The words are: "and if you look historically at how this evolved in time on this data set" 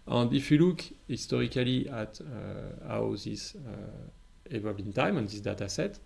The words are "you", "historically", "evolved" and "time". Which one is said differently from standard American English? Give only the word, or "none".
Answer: evolved